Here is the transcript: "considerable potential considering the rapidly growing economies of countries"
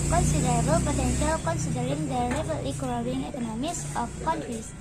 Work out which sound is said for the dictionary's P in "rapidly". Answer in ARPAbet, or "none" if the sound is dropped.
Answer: B